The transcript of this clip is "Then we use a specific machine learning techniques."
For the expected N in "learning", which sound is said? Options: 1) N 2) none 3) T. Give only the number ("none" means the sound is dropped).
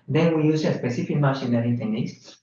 2